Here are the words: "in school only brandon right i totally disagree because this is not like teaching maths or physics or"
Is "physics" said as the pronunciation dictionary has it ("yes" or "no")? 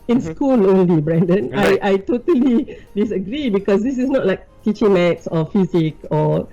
no